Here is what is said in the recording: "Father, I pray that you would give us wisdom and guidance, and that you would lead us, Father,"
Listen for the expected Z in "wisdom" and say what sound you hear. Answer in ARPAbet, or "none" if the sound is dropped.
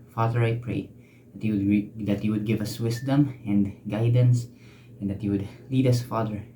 S